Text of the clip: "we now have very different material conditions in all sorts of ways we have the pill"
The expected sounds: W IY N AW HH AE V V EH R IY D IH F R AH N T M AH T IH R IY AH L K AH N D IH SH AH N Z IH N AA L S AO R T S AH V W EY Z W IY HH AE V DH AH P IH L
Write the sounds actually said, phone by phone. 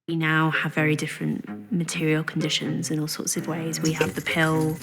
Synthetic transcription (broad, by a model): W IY N AW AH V V EH R IY D IH F R AH N T M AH T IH R IY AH L K AH N D IH SH AH N Z IH N AA L S AO T S AH V W EY Z W IY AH V DH AH P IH L